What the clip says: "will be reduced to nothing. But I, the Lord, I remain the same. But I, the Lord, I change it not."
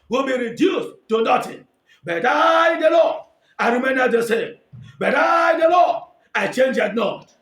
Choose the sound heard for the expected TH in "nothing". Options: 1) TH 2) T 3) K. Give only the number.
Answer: 2